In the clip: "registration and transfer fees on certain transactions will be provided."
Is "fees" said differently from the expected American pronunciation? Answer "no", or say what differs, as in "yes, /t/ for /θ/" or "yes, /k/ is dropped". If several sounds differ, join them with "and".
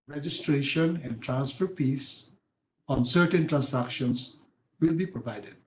yes, /p/ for /f/ and /s/ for /z/